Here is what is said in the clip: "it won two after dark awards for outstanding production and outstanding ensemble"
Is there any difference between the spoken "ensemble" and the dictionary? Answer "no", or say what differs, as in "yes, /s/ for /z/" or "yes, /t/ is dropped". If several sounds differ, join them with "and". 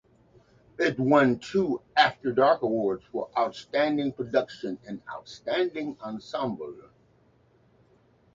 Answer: no